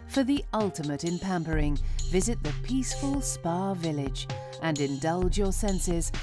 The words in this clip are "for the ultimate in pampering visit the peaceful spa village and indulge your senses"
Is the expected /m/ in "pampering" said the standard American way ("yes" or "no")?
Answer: yes